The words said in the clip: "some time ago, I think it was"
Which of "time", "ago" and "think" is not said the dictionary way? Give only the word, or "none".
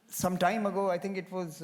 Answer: think